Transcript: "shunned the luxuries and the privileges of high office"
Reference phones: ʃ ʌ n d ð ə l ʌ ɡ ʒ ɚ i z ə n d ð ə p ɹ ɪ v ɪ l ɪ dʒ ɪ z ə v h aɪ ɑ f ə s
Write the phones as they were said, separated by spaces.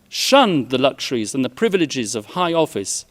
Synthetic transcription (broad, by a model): ʃ ʌ n ð ə l ʌ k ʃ ɚ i z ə n ð ə p ɹ ɪ v ɪ l ɪ dʒ ɪ z ə v h aɪ ɑ f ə s